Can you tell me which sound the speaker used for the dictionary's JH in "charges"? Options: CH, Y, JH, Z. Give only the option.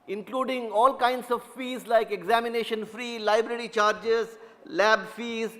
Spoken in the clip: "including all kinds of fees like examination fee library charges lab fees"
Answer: JH